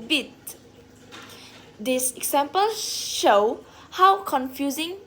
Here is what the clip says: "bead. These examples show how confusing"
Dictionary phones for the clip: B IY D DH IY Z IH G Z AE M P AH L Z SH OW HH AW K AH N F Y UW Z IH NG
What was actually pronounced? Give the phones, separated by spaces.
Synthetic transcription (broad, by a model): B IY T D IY S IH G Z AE M P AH L SH OW HH AW K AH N F Y UW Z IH NG